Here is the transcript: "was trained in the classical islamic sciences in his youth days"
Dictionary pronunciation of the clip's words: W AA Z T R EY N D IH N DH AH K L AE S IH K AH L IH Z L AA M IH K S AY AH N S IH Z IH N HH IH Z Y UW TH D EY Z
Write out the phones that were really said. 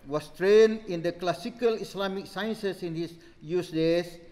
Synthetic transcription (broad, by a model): W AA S T R EY N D IH N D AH K L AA S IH K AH L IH S L AA M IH K S AY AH N S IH S IH N HH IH S Y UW S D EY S